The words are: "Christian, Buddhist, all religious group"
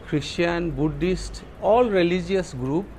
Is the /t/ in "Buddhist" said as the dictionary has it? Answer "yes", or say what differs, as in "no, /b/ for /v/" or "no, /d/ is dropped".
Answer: yes